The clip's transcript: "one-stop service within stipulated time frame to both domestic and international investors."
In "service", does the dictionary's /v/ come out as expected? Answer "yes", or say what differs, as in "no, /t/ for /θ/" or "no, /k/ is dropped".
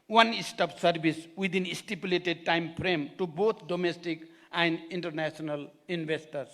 no, /b/ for /v/